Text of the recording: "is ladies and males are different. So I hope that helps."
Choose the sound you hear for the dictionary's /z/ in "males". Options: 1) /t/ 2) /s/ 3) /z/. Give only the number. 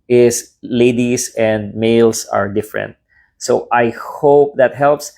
2